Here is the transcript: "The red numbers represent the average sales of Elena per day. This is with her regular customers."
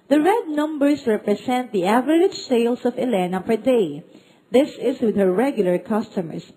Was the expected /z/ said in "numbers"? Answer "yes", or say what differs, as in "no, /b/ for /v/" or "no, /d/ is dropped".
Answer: no, /s/ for /z/